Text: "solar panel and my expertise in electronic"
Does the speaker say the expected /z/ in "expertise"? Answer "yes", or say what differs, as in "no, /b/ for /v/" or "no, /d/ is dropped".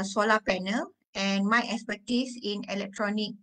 no, /s/ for /z/